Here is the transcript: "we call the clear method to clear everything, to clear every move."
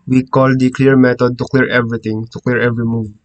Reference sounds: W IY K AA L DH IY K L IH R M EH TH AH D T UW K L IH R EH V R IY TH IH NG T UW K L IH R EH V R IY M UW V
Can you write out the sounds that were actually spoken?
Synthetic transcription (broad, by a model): W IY K AA L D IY K L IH R M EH T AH D T UW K L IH R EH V R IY T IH NG T UW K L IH R EH V R IY M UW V